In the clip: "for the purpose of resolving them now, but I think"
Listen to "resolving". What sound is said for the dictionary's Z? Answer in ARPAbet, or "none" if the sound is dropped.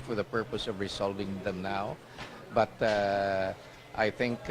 S